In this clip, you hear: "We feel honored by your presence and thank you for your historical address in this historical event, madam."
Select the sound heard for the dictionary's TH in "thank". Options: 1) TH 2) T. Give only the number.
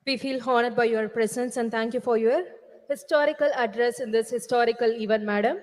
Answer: 2